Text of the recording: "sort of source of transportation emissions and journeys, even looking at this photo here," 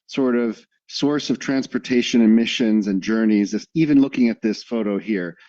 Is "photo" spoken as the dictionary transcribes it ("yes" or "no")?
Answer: yes